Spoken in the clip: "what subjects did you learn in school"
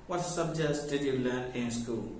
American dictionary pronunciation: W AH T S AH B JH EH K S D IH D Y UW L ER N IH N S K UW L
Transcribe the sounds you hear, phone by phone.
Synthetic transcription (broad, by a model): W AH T S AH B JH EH S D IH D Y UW L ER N IH N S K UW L